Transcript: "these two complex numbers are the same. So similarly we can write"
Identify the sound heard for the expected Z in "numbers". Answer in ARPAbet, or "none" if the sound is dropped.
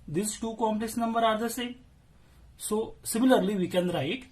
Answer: none